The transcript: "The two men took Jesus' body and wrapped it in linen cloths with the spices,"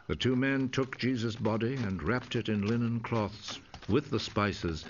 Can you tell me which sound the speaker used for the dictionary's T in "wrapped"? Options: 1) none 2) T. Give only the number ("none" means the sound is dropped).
2